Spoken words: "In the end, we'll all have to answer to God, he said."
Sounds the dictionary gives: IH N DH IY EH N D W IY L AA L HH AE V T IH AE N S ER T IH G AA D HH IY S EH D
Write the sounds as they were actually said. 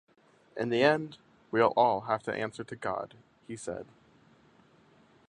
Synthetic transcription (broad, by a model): IH N DH IY EH N D W IY L AA L HH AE F T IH AE N S ER T IH G AA D HH IY S EH D